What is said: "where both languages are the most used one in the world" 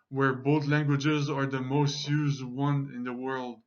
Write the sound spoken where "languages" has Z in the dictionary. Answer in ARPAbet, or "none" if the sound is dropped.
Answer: Z